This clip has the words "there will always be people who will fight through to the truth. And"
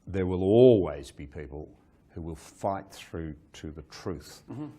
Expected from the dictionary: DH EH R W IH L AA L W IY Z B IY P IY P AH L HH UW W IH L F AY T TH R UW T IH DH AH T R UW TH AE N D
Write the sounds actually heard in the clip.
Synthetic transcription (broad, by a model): DH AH R W IH L AA L W IY Z B IY P IY P AH L HH UW W IH L F AY T TH R UW T IH DH AH T R UW TH